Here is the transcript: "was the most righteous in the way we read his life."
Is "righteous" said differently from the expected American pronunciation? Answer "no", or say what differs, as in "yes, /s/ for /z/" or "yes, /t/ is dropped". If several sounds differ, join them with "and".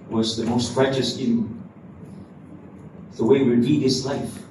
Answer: yes, /ʃ/ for /tʃ/